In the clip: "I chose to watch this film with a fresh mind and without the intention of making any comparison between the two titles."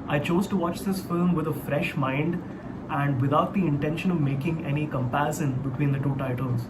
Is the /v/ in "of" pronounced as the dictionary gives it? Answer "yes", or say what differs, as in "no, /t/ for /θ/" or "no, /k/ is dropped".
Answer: yes